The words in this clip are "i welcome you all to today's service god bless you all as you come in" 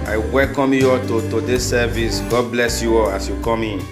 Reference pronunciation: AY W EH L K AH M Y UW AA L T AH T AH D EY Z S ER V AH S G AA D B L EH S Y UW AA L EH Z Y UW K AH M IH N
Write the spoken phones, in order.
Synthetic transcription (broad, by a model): AY W EH L K AH M Y UW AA T AH T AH D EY S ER V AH S G AA D B L EH S Y UW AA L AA S Y UW K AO M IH N